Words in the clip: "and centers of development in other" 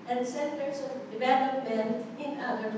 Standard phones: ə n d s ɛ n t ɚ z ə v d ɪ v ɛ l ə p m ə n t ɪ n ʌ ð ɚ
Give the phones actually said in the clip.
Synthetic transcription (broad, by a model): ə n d s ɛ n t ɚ s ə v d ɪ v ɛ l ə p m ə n ɪ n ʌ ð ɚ